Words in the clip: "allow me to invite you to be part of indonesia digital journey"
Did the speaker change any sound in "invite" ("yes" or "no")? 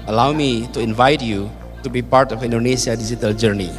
no